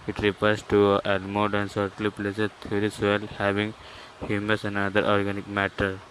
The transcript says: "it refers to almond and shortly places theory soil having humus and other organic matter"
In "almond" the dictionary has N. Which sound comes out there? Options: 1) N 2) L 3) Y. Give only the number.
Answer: 2